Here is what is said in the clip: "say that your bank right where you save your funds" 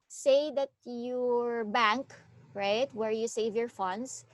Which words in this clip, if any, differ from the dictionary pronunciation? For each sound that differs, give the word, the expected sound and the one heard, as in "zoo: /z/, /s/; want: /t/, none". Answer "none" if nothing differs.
none